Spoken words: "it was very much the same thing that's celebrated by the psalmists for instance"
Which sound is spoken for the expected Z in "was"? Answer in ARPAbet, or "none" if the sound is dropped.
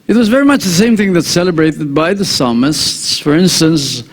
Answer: Z